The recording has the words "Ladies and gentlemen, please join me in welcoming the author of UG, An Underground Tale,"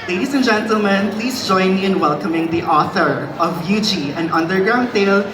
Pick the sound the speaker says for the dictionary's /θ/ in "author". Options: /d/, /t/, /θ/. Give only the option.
/θ/